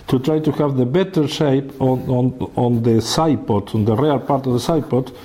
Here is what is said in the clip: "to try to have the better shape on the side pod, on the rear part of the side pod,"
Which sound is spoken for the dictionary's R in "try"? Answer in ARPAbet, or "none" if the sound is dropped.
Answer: R